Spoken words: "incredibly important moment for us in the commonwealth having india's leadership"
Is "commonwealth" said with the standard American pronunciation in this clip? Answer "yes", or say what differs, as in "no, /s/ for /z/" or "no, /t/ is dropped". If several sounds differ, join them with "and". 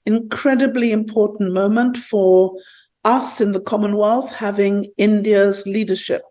yes